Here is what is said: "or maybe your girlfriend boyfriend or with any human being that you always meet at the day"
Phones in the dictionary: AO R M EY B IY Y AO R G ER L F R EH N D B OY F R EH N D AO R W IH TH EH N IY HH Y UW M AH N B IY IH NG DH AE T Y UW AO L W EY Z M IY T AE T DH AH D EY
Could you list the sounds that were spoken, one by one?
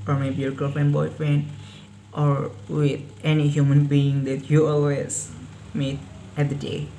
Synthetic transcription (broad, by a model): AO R M EY B IY Y AO R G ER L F EH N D B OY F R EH N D AO R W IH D EH N IY HH Y UW M AH N B IY IH NG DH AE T Y UW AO L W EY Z M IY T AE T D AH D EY